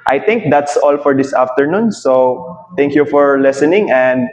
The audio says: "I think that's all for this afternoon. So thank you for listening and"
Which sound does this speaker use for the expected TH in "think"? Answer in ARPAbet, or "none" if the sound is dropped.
T